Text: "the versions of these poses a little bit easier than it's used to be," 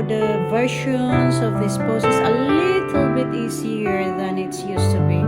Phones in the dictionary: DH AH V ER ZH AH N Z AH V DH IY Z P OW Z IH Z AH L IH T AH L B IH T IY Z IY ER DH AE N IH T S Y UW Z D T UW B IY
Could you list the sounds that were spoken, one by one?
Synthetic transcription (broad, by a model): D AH V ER SH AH N S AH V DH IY S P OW S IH S AH L IH T AH L B IH T IY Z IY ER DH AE N IH T S Y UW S T UW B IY